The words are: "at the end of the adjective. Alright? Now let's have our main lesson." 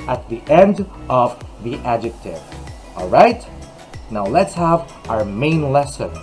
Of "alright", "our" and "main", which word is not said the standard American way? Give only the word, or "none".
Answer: none